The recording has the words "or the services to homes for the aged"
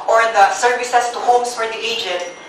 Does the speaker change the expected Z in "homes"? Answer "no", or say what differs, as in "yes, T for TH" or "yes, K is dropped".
yes, S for Z